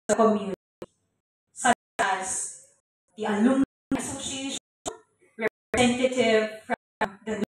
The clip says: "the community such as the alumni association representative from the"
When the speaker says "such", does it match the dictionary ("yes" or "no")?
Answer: no